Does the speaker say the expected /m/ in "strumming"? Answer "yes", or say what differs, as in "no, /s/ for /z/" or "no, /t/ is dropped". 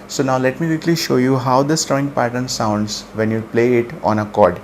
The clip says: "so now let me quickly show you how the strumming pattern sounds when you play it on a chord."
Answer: no, /m/ is dropped